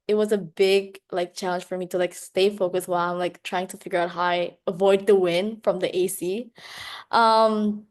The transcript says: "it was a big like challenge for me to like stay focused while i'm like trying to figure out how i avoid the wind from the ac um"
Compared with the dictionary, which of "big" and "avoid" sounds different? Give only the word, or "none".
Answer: none